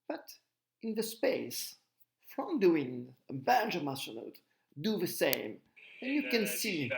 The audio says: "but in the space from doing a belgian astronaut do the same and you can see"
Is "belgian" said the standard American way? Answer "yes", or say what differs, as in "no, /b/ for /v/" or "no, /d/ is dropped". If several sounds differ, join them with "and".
no, /n/ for /l/